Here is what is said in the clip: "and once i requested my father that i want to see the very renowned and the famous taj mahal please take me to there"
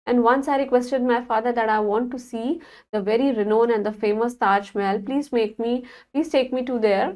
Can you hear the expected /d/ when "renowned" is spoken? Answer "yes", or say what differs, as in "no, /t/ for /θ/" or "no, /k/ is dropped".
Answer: no, /d/ is dropped